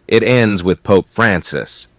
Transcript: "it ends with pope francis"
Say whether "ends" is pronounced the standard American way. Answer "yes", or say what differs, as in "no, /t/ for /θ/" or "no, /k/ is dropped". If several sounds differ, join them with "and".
yes